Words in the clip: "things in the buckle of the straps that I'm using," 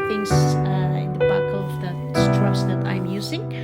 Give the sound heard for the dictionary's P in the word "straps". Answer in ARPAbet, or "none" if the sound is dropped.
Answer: none